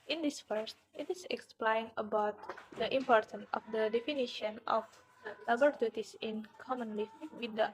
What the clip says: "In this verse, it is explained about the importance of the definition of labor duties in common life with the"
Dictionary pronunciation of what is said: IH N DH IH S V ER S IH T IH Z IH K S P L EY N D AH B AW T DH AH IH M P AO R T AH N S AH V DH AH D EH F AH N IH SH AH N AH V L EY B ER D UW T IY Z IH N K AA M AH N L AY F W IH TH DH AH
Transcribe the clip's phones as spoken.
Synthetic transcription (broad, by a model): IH N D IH S F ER S IH T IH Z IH K S P L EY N AH B AW T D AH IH M P AO R T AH N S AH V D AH D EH F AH N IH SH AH N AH F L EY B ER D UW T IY S IH N K AA M AH N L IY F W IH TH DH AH